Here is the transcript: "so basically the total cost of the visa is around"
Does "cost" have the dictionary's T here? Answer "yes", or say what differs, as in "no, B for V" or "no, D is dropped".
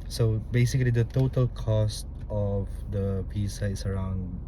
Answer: yes